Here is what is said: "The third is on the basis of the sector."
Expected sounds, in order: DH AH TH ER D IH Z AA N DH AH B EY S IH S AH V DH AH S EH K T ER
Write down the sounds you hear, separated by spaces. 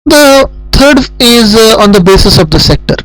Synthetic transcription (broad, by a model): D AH T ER D IH Z AA N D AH B EY S IH S AH V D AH S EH K T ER